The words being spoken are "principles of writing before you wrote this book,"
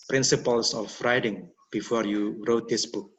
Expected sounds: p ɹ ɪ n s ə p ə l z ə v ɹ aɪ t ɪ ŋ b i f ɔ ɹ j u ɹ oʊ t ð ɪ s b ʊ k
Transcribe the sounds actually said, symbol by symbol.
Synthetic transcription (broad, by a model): p ɹ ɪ n s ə p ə l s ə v ɹ aɪ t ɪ ŋ b i f ɔ ɹ j u ɹ oʊ t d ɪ s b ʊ k